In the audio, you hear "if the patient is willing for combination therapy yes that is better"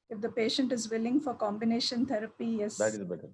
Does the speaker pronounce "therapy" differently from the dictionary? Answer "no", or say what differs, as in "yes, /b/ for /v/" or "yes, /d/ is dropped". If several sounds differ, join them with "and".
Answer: yes, /t/ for /θ/